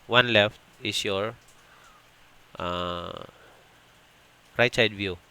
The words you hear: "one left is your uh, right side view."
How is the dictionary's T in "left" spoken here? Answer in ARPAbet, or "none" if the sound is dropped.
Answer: T